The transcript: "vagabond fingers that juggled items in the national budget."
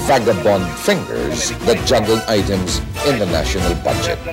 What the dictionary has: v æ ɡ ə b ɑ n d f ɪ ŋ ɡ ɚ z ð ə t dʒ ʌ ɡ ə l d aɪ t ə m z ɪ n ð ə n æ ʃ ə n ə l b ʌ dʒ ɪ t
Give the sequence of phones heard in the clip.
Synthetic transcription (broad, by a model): v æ ɡ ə b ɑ n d f ɪ ŋ ɡ ɚ z ð ə t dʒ ʌ ɡ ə l aɪ t ə m z ɪ n ð ə n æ ʃ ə n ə l b ʌ dʒ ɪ t